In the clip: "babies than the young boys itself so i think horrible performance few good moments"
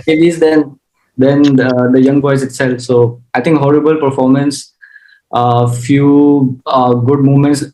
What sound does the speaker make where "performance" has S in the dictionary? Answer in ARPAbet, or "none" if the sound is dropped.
S